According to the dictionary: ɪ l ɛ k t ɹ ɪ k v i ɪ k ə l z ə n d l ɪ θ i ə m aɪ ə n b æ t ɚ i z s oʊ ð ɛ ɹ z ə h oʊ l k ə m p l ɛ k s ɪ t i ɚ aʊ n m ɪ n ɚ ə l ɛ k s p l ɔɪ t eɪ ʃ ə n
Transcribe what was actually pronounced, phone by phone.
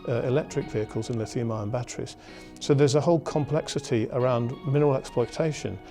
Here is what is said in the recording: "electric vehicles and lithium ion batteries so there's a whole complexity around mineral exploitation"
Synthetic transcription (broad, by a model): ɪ l ɛ k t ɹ ɪ k v i ɪ k ə l z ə n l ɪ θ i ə m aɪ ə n b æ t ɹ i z s oʊ ð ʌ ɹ z ə h oʊ l k ə m p l ɛ k s ɪ t i ɚ aʊ n m ɪ n ɚ ə l ɛ k s p l ɔɪ t eɪ ʃ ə n